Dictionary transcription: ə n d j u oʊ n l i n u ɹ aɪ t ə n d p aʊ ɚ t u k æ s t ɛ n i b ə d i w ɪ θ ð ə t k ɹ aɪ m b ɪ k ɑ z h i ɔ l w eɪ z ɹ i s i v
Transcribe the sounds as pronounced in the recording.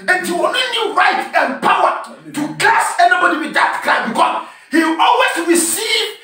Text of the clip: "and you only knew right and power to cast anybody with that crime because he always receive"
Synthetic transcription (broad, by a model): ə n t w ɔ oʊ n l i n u ɹ aɪ t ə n p aʊ ɚ t u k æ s ɛ n i b ə d i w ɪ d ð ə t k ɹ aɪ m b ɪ k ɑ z h i ɔ l w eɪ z ɹ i s i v